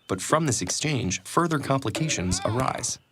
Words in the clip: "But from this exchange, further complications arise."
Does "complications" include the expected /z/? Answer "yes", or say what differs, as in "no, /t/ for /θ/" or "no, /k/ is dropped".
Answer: yes